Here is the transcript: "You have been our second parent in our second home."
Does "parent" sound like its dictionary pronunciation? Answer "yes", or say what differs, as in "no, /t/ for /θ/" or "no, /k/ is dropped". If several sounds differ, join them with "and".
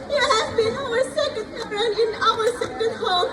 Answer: no, /t/ is dropped